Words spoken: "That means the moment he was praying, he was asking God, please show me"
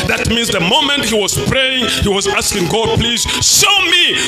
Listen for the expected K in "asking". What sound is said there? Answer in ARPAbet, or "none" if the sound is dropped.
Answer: K